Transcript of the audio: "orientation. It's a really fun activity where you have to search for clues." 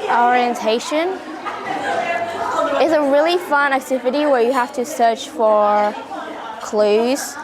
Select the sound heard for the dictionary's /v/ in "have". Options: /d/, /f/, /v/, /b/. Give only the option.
/f/